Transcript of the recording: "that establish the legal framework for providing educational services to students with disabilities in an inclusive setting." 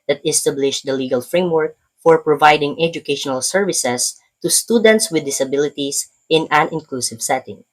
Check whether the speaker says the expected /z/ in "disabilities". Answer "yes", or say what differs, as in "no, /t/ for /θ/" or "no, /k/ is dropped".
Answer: no, /s/ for /z/